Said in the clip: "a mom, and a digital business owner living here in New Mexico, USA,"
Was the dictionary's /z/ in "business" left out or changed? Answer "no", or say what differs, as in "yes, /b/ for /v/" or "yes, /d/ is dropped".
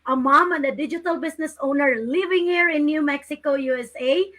yes, /s/ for /z/